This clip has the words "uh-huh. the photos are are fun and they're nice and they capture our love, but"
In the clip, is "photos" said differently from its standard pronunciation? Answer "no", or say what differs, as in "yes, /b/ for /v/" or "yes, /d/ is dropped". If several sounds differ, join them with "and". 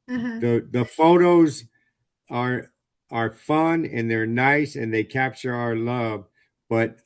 no